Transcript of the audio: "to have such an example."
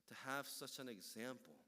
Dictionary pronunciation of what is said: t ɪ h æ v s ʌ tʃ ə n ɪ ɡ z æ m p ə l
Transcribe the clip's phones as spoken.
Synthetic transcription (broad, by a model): t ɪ h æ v s ʌ tʃ ə n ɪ ɡ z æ m p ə l